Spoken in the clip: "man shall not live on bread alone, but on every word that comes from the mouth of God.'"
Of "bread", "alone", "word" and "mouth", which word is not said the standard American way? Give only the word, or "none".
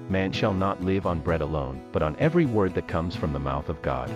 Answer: none